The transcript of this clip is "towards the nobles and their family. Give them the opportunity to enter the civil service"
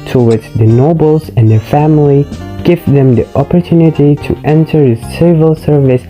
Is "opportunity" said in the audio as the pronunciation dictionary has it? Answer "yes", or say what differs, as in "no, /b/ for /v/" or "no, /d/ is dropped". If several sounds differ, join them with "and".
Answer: yes